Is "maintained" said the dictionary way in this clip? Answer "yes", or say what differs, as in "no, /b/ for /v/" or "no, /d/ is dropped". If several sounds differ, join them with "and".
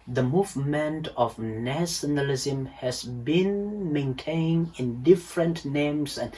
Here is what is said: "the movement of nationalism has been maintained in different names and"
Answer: no, /d/ is dropped